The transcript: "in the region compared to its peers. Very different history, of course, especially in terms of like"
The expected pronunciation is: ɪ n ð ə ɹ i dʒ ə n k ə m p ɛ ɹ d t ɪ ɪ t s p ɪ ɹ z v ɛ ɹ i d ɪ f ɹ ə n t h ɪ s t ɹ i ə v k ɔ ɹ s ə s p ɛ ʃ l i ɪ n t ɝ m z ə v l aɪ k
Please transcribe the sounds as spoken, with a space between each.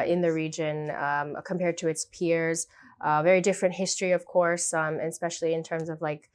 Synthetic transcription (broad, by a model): ɪ n ð ə ɹ i dʒ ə n k ə m p ɛ ɹ d t ɪ ɪ t s p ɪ ɹ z v ɛ ɹ i d ɪ f ɹ ə n t h ɪ s t ɹ i ə v k ɔ ɹ s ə s p ɛ ʃ l i ɪ n t ɝ m z ə v l aɪ k